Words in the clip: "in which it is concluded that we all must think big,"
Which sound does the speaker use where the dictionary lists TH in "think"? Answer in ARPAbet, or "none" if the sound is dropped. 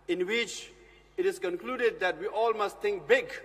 T